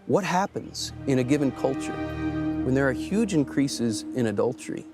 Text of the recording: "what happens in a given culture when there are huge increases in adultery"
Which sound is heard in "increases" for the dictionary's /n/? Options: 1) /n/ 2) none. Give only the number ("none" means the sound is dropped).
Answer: 1